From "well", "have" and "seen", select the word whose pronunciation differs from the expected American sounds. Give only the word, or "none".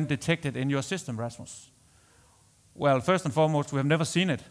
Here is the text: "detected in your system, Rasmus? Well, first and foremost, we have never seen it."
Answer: none